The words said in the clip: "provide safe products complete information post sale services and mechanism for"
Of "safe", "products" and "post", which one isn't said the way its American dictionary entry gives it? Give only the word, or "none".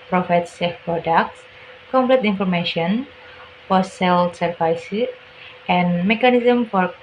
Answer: post